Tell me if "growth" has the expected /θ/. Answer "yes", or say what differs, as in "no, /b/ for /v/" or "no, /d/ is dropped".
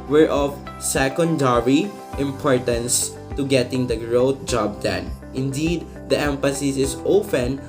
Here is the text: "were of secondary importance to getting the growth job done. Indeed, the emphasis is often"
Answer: no, /t/ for /θ/